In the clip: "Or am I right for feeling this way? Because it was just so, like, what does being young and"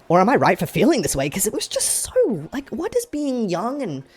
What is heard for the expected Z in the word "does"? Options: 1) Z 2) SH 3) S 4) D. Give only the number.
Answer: 1